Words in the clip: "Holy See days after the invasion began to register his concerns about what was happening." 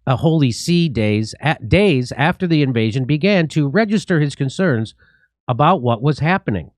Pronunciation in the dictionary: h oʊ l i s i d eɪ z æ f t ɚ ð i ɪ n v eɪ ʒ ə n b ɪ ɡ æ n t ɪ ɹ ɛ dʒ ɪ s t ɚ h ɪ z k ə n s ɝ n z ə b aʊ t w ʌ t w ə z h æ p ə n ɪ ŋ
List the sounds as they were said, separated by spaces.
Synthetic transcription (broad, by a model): h oʊ l i s i d eɪ z æ f t ɚ ð i ɪ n v eɪ ʒ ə n b ɪ ɡ æ n t ɪ ɹ ɛ dʒ ɪ s t ɚ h ɪ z k ə n s ɝ n z ə b aʊ t w ʌ t w ə z h æ p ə n ɪ ŋ